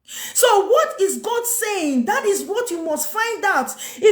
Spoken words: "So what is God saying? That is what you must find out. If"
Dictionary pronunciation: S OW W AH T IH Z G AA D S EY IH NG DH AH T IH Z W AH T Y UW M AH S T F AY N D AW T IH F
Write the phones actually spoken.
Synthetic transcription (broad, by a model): S OW W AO T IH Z G AA D S EY IH NG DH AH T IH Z W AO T Y UW M AH S T F AY N D AW T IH